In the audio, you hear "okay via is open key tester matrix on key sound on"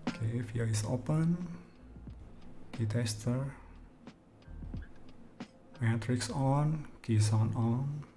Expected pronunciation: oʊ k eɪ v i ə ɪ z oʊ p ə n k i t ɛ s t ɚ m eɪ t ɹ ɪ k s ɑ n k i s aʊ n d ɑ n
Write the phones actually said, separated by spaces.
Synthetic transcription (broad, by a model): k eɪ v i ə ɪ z oʊ p ə n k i t ɛ s t ɚ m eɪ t ɹ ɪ k s ɑ n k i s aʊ n ɑ n